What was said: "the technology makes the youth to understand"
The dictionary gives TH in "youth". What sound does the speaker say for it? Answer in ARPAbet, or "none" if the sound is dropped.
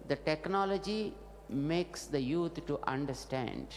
T